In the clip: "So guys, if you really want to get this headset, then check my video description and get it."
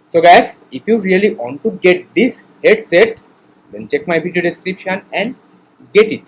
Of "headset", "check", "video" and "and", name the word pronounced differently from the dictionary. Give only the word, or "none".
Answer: video